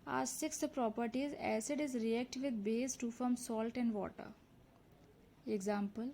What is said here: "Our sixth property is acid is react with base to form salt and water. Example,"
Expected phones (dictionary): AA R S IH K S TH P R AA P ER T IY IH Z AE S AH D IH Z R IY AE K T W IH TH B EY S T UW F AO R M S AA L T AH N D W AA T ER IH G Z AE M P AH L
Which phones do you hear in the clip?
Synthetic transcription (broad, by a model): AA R S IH K S P R AA P ER T IY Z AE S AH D IH Z R IY AE K T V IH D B EY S T UW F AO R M S AA L T AH N D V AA T ER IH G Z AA M P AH L